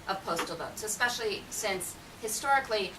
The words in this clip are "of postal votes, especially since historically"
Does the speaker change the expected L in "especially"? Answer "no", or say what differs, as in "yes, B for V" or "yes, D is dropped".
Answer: no